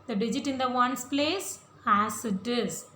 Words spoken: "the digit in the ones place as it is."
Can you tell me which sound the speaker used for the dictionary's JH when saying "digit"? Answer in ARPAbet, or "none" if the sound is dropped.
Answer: JH